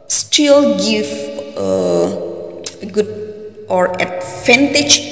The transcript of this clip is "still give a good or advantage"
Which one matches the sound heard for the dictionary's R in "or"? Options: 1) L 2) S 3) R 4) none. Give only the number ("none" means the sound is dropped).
3